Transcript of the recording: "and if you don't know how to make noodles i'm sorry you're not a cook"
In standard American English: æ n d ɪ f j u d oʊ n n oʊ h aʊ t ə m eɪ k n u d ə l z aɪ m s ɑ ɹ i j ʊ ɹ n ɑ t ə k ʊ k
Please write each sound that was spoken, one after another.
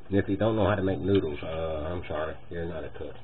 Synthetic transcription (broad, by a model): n ɪ f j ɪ d oʊ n n oʊ h aʊ t ə m eɪ k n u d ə aɪ m ʃ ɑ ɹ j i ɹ n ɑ t ə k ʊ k